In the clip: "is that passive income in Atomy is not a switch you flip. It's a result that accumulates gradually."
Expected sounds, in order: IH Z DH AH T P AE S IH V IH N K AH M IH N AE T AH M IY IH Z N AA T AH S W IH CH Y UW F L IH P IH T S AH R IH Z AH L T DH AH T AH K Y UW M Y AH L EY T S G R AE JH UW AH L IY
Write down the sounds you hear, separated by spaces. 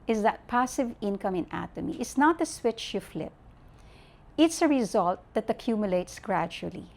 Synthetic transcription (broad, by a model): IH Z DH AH T P AE S IH V IH N K AH M IH N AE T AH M IY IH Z N AA T AH S W IH CH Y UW F L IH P IH T S AH R IH Z AH L T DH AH T AH K Y UW M Y AH L EY T S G R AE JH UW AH L IY